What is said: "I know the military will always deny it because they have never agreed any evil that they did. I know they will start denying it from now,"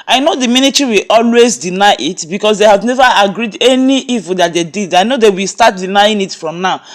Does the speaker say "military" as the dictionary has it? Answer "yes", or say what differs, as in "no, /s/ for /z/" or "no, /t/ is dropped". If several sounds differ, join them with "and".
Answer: no, /n/ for /l/